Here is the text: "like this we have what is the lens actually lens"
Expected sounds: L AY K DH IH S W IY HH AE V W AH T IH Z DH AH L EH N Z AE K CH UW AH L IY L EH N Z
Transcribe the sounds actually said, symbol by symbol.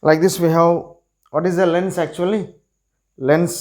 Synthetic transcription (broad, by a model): L AY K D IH S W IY HH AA W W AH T IH Z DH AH L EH N S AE K CH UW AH L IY L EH N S